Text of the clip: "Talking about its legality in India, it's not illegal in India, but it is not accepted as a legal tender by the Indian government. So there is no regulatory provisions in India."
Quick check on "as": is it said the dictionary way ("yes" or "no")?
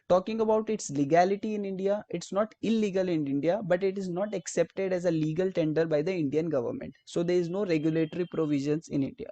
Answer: yes